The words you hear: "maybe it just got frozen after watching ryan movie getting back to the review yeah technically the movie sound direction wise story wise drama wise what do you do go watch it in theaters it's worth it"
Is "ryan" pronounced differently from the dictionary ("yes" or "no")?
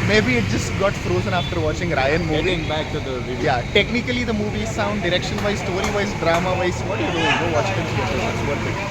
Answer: no